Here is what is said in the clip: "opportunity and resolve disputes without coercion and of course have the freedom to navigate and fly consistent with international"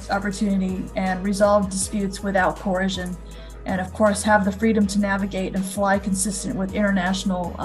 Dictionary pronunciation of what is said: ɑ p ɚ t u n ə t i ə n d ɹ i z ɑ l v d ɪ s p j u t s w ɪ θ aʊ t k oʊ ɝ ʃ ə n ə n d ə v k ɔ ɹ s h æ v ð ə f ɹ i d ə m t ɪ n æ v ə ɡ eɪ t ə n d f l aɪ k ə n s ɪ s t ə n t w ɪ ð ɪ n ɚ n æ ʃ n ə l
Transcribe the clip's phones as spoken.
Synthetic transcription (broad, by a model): ɑ p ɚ t u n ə t i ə n ɹ i z ɑ l v d ɪ s p j u t s w ɪ θ aʊ t k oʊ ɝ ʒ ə n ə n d ə v k ɔ ɹ s h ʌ v ð ə f ɹ i d ə m t ɪ n æ v ə ɡ eɪ t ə n f l aɪ k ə n s ɪ s t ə n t w ɪ ð ɪ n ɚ n æ ʃ n l